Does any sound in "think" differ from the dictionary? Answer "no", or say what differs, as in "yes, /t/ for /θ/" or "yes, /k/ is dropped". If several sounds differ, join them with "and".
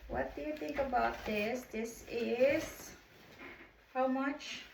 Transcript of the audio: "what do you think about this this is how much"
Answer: no